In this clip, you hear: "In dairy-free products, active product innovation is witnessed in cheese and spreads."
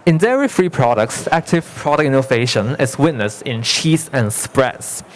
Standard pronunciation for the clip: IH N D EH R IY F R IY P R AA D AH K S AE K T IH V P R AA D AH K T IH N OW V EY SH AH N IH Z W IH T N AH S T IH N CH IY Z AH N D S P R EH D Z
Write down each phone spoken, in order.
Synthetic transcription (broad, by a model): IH N D EH R IY F R IY P R AA D AH K S AE K T IH V P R AA D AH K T IH N OW V EY SH AH N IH S W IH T N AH S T IH N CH IY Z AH N S P R EH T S